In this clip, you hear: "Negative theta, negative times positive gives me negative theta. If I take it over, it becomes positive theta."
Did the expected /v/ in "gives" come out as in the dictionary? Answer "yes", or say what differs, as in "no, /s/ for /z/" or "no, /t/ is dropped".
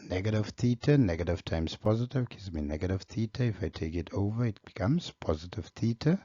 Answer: no, /v/ is dropped